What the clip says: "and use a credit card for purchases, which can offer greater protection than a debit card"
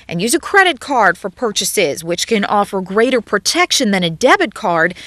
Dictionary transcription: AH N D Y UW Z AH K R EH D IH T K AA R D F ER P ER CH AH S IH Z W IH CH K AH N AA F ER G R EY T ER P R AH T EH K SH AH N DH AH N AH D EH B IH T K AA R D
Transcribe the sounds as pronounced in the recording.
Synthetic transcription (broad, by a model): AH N Y UW Z AH K R EH D IH T K AA R D F ER P ER CH AH S IH Z W IH CH K AH N AA F ER G R EY T ER P R AH T EH K SH AH N DH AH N AH D EH B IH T K AA R D